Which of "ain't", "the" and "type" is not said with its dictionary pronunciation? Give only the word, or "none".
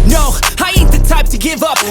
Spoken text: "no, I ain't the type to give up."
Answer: ain't